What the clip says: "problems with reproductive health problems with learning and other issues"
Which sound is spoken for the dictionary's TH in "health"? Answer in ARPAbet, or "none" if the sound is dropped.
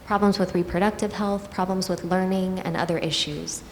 TH